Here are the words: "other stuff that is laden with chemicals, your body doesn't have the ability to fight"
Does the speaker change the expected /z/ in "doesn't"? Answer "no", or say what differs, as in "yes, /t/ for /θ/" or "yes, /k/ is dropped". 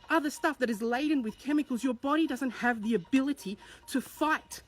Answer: no